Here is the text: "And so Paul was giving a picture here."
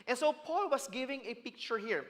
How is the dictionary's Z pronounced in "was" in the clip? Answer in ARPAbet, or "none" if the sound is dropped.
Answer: S